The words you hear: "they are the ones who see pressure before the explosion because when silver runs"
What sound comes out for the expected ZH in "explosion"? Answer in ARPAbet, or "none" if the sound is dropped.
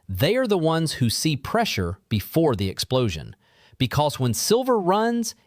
ZH